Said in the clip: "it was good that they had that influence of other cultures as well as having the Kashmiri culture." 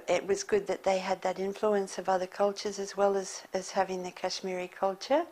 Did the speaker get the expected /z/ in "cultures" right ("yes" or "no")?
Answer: yes